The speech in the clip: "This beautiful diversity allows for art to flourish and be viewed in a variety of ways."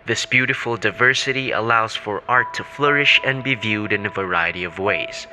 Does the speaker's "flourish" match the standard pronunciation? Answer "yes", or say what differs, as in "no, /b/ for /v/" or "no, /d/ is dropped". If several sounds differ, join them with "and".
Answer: yes